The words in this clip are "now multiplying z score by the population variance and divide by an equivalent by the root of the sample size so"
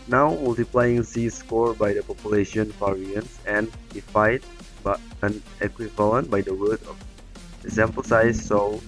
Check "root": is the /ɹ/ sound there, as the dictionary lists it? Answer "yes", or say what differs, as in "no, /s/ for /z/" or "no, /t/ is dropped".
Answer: no, /w/ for /ɹ/